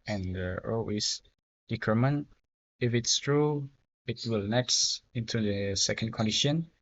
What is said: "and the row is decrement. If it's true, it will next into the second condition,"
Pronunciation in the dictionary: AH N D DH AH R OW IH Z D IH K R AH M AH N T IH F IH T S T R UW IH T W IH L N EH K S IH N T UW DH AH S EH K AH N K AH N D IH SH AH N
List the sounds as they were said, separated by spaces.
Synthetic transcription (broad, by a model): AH N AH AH L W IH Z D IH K R M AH N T IH F IH T S T R UW IH T W IH L N EH K S IH N T UW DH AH S EH K AH N K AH N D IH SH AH N